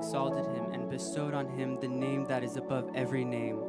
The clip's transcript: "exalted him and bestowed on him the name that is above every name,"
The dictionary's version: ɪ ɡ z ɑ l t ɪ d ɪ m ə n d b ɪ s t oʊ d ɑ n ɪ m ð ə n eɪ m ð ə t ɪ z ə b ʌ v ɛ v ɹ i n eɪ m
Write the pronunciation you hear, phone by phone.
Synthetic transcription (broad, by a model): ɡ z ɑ l t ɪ d ɪ m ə n b ɪ s t oʊ d n ɪ m ð ə n eɪ m ð ə t ɪ z ə b ʌ v ɛ v ɹ i n eɪ m